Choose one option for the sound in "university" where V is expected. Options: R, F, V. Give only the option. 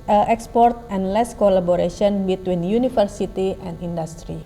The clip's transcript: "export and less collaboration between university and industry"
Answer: F